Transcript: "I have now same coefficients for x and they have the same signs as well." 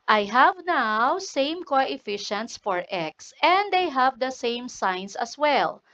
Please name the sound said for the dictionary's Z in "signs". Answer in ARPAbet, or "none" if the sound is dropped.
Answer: S